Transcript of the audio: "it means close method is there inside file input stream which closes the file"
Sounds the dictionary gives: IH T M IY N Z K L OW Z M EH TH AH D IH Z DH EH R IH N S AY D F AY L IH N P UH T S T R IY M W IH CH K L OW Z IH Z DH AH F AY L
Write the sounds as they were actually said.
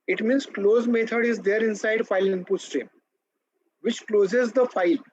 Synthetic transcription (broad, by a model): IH T M IY N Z K L OW Z M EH T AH D IH Z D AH R IH N S AY D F AY L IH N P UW S T R IY M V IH CH K L OW Z IH Z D AH F AY L